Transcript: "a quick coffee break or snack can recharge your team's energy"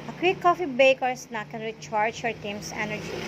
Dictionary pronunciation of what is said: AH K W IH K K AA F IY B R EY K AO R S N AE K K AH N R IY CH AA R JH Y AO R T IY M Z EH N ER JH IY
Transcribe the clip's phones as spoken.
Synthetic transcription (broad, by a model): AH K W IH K K AA F IY B EY K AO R S N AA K K AH N R IY CH AA R JH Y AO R T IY M S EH N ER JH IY